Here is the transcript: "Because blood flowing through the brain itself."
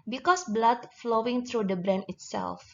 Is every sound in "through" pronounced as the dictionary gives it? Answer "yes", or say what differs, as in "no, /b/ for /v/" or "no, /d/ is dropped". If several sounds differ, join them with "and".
no, /t/ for /θ/